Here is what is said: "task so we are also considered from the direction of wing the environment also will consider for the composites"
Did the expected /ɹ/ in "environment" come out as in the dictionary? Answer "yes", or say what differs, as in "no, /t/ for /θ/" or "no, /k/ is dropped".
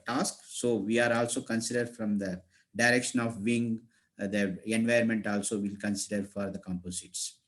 no, /ɹ/ is dropped